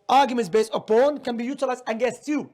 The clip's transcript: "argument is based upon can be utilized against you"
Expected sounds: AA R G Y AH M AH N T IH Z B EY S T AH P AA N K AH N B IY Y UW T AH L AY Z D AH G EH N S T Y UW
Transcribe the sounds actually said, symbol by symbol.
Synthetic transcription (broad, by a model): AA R G Y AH M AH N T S B EY S T AH P AA N K AH N B IY Y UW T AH L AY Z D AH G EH S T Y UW